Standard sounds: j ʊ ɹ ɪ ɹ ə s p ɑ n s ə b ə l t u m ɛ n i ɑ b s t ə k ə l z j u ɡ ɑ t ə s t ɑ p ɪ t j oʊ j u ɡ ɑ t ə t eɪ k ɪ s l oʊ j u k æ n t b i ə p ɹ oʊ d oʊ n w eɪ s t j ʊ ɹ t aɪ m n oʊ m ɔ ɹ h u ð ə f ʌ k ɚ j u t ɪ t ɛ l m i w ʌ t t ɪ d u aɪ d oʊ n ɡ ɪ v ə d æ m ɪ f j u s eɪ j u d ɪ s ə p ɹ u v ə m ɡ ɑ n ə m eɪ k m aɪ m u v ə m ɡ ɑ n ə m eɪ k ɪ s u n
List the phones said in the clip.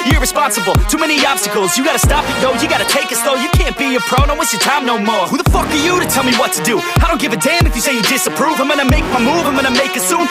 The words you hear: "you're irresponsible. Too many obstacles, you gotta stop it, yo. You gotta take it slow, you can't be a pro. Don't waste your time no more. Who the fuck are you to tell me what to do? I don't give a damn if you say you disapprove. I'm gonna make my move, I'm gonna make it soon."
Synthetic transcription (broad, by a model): j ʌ ɹ ɹ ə s p ɑ n s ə b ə l t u m ɛ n i ɑ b s t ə k l z j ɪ ɡ ɑ t ə s t ɑ p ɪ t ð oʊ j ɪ ɡ ɑ t ə t eɪ k ɪ s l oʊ j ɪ k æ n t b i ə p ɹ oʊ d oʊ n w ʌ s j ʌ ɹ t aɪ m n oʊ m ɔ ɹ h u ð ə f ʌ k ɚ j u t ɪ t ɛ l m i w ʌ t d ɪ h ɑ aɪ d oʊ n ɡ ɪ v ə d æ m ɪ f j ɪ s eɪ j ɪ d ɪ s ə p ɹ u v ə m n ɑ ə m eɪ k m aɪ m u v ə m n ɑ ə m eɪ k ɪ s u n